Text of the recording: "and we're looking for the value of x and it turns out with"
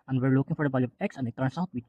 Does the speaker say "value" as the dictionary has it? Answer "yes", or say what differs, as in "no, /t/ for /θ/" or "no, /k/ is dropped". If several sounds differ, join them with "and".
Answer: no, /b/ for /v/